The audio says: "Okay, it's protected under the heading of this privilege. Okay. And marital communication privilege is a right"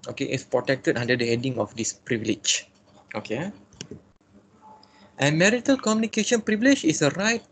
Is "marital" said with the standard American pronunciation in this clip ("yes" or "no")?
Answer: yes